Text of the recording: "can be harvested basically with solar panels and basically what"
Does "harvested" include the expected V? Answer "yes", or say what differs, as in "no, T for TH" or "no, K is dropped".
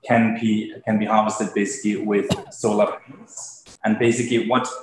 yes